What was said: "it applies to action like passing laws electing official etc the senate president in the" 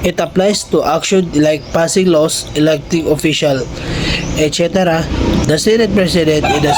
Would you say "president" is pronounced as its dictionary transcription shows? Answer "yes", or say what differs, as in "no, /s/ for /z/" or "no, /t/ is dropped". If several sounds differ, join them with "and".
no, /s/ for /z/